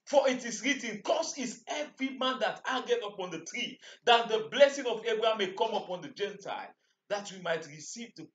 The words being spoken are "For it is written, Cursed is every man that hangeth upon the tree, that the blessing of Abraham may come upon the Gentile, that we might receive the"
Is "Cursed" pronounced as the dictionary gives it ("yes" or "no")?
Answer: no